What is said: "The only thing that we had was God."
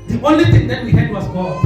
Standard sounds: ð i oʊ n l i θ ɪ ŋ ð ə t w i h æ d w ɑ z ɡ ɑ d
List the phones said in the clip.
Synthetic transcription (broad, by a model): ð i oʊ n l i t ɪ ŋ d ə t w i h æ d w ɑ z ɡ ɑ